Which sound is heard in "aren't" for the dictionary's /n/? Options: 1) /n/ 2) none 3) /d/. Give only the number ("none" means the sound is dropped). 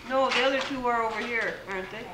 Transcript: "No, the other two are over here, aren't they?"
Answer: 1